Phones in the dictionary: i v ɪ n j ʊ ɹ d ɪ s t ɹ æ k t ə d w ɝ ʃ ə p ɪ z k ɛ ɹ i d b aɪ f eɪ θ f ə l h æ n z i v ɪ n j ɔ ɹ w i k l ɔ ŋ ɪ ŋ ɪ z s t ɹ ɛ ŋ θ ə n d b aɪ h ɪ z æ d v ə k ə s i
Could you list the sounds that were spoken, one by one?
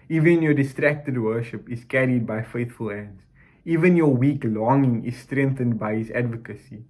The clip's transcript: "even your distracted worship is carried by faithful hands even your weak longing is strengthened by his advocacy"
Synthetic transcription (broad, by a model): i v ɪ n j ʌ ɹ d ɪ s t ɹ æ k t ə d w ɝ ʃ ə p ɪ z k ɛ ɹ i d b aɪ f eɪ θ f ə l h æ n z i v ɪ n j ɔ w i k l ɔ ŋ ɪ ŋ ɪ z s t ɹ ɛ ŋ θ ə n d b aɪ h ɪ z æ d v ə k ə s i